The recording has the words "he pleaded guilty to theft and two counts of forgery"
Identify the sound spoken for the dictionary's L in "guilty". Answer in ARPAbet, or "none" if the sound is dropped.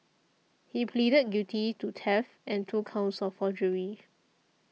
none